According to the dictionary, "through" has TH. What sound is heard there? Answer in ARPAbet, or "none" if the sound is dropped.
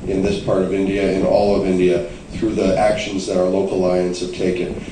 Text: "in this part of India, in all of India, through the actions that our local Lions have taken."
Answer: TH